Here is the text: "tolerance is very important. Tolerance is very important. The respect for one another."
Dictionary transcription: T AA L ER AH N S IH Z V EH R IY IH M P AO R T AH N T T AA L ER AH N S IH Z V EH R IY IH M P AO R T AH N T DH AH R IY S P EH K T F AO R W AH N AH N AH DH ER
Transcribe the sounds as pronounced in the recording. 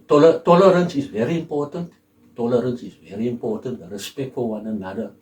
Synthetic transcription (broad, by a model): T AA L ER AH N S IH Z V EH R IY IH M P AO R T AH N T T AA L ER AH N S IH Z V EH R IY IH M P AO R T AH N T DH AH R IY S P EH K T F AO L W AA N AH N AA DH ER